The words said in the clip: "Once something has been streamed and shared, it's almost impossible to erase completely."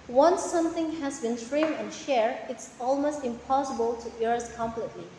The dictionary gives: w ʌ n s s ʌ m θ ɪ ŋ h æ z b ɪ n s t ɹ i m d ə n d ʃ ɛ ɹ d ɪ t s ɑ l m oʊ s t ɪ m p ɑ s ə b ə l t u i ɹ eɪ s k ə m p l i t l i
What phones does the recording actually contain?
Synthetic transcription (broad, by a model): w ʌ n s s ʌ m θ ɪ ŋ h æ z b ɪ n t ɹ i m ə n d ʃ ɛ ɹ ɪ t s ɑ l m oʊ s t ɪ m p ɑ s ə b ə l t u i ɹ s k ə m p l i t l i